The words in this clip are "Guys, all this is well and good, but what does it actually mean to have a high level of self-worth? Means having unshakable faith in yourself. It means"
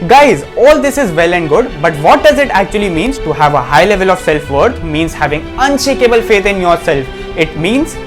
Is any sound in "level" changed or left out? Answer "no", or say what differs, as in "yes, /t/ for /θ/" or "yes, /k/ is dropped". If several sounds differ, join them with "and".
no